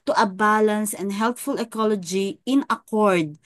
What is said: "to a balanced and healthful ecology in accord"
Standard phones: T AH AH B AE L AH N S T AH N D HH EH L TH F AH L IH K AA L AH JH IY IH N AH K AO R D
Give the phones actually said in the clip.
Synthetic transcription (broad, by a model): T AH AH B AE L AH N S AH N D HH EH L T F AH L IH K AA L AH JH IY IH N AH K AO R D